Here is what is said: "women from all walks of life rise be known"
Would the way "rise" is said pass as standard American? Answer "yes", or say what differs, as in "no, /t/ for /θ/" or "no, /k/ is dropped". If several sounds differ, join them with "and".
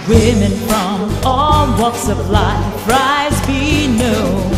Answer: yes